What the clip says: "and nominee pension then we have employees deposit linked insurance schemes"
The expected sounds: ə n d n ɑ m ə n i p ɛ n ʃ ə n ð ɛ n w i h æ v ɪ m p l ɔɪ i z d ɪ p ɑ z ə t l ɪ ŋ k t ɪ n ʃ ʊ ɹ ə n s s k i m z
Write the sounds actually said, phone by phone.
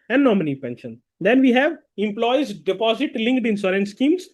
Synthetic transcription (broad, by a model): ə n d n ɑ m ə n i p ɛ n ʃ ə n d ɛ n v i h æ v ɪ m p l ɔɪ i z d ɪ p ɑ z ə t l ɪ ŋ k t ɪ n s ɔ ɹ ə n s s k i m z